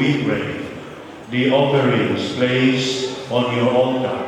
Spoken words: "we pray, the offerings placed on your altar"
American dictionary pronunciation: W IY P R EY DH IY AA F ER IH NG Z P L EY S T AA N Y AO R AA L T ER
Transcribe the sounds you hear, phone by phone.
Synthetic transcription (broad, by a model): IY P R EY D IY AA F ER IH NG S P L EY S AA N Y AO R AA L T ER